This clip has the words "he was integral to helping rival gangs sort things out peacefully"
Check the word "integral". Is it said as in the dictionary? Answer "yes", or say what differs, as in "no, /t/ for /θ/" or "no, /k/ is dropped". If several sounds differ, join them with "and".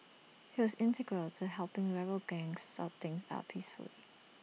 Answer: yes